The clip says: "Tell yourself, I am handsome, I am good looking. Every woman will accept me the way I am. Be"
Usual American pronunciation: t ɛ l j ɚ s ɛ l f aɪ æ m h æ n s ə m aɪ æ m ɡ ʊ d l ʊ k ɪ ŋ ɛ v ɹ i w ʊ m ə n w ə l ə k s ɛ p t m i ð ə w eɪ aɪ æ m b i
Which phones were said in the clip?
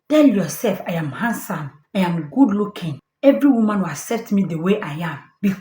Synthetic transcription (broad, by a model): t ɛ l j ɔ s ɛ l f aɪ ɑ m h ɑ n s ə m aɪ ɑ m ɡ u d l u k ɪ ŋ ɛ v ɹ i w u m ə n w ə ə s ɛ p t m i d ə w eɪ aɪ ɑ m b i